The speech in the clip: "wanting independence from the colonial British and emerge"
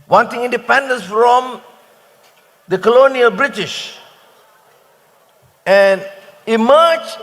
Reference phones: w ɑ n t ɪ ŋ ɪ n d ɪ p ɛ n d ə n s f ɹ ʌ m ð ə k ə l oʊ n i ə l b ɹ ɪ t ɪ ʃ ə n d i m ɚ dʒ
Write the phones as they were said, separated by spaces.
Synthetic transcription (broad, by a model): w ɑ n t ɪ ŋ ɪ n d ɪ p ɛ n d ə n s f ɹ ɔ m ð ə k ə l oʊ n i ə l b ɹ ɪ t ɪ ʃ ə n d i m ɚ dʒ